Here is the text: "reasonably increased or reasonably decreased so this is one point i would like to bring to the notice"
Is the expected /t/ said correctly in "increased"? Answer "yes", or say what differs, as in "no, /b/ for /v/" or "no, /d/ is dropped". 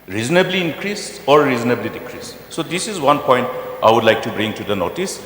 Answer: no, /t/ is dropped